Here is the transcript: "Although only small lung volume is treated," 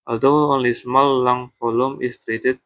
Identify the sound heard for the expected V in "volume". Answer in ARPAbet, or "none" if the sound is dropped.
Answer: F